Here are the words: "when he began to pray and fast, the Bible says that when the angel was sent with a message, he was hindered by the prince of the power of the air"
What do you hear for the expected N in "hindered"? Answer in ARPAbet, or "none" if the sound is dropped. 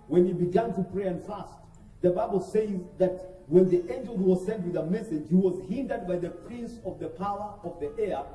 N